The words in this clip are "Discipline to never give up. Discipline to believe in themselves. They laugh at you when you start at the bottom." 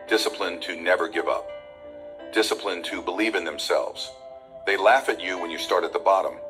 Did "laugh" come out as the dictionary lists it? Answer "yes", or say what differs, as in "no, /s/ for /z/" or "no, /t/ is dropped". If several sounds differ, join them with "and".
yes